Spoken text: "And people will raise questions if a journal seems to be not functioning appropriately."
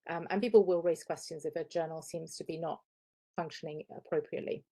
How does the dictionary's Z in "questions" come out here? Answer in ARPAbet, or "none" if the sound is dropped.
Z